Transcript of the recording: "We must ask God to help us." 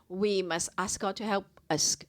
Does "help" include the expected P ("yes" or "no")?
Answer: yes